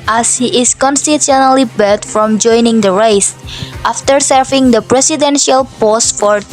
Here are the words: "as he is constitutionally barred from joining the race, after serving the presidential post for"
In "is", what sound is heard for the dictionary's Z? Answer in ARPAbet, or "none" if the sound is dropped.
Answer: S